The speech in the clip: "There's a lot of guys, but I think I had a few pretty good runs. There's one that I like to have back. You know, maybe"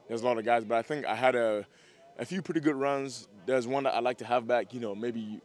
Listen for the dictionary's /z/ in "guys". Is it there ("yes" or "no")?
yes